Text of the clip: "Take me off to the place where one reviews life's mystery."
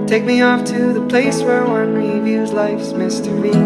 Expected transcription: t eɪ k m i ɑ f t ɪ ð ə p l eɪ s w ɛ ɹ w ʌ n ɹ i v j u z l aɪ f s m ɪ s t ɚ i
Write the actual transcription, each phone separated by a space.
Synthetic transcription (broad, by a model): t eɪ k m i ɑ f t ɪ ð ə p l eɪ s w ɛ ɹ w ʌ n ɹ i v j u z l aɪ f s m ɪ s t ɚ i